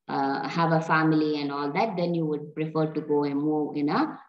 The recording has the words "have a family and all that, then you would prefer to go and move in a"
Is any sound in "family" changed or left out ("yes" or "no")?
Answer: no